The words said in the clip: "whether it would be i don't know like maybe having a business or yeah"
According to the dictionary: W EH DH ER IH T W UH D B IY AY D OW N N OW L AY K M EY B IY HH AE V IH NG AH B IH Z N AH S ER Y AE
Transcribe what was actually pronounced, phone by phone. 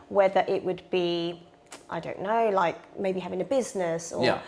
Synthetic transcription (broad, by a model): W EH DH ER IH T W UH D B IY AY D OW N N OW L AY K M EY B IY HH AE V IH NG AH B IH Z N AH S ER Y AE